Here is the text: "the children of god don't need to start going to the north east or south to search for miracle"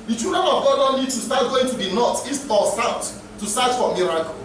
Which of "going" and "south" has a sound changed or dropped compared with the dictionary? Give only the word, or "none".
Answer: south